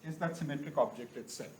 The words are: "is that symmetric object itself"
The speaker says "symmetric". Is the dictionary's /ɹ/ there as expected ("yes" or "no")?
yes